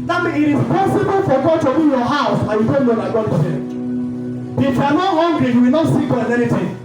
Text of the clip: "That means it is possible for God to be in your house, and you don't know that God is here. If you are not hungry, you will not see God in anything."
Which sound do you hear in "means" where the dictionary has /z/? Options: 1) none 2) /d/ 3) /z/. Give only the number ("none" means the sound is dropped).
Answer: 1